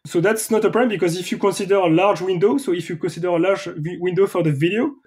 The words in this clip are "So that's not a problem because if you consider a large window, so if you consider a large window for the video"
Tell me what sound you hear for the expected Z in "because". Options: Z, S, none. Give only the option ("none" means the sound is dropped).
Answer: Z